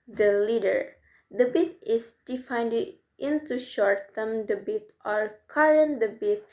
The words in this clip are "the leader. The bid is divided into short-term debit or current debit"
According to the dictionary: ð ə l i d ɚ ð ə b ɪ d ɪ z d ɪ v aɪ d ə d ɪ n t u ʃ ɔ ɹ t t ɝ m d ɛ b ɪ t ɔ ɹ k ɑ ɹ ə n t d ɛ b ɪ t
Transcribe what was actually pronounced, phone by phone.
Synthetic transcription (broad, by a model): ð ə l i d ɚ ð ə b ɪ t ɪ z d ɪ f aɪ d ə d ɪ n t u ʃ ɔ ɹ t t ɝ m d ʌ b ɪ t ɔ ɹ k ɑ ɹ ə n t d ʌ b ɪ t